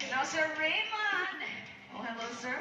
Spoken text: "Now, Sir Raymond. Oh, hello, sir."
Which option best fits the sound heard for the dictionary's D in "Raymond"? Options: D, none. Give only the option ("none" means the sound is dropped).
none